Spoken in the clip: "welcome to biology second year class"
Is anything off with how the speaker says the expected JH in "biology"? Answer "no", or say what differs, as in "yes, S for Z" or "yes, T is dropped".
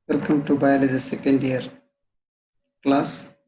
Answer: yes, Z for JH